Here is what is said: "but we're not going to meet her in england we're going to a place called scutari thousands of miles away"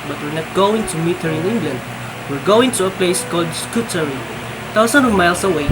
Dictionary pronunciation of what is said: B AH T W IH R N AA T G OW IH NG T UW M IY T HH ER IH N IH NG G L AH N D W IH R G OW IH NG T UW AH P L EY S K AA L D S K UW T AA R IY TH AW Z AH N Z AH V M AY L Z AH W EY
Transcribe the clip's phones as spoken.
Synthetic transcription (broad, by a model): B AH T W IH R N AA T G OW IH NG T UW M IY T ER IH N IH NG G L AH N D W IH R G OW IH NG T UW AH P L EY S K AA L D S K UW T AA R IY T AW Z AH N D AH V M AY L S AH W EY